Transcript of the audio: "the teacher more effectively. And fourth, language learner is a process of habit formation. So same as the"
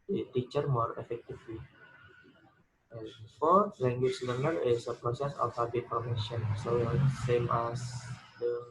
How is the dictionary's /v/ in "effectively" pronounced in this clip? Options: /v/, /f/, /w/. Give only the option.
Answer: /f/